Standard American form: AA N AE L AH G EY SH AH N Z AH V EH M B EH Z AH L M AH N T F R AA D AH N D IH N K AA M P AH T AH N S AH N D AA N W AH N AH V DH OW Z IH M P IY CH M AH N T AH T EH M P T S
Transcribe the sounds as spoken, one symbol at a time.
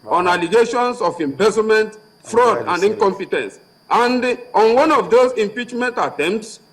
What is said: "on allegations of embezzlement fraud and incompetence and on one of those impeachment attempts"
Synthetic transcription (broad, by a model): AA N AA L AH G EY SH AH N S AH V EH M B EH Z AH M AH N T F R AA D AH N D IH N K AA M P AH T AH N S AH N D AA N W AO N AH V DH OW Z IH M P IY CH M AH N T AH T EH M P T S